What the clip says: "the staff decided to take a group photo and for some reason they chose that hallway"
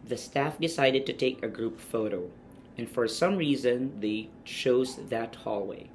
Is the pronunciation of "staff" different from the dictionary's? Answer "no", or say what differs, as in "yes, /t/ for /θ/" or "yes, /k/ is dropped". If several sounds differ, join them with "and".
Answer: no